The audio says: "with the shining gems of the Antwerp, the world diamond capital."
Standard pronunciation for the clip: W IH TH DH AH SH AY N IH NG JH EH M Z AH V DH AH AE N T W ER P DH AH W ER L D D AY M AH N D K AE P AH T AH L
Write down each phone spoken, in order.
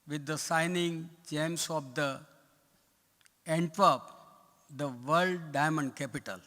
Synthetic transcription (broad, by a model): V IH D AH S AY N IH NG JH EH M S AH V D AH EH N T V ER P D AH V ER L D D AY M AH N D K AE P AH T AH L